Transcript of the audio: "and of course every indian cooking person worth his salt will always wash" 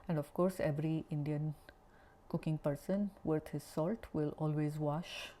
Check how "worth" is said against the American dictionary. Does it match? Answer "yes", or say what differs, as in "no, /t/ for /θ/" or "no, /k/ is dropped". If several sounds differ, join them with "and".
no, /t/ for /θ/